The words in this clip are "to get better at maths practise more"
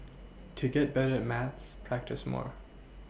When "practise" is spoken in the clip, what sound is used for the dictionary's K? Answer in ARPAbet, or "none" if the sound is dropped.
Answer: K